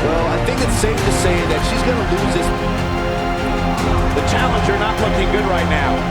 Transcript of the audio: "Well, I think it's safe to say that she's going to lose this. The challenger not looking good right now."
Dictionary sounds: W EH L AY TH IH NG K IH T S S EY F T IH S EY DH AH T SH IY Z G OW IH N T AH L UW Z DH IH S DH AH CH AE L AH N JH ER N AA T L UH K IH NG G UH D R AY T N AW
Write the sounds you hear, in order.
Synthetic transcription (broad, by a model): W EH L AY TH IH NG K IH T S S EY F T IH S EY DH AH T SH IY Z G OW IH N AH L UW Z DH IH S DH AH CH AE L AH N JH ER N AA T L UH K IH NG G UH D R AY T N AW